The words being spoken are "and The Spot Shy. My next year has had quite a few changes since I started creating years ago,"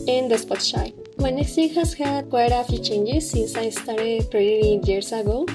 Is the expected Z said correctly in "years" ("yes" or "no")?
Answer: no